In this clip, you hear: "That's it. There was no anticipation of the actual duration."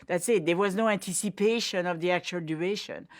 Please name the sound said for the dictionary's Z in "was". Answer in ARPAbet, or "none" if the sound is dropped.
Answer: Z